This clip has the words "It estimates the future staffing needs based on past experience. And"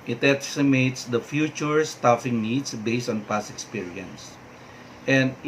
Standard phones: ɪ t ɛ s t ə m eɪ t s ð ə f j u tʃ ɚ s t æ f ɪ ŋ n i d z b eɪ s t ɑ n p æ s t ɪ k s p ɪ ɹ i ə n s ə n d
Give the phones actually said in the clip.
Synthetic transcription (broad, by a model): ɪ t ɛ s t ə m eɪ t s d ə f j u tʃ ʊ s t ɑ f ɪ ŋ n i d s b eɪ s t ɑ n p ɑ s ɪ k s p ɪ ɹ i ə n s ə n d